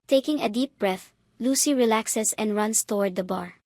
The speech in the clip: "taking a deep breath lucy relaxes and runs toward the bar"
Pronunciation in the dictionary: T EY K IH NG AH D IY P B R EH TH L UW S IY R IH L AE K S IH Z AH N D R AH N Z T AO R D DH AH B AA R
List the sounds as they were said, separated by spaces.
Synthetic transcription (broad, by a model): T EY K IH NG AH D IY P B R EH TH L UW S IY R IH L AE K S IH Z AH N D R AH N S T AO R D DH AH B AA R